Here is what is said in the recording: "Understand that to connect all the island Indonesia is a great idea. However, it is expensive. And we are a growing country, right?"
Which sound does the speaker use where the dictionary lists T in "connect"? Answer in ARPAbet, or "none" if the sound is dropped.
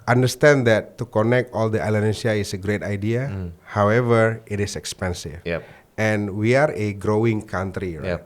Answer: T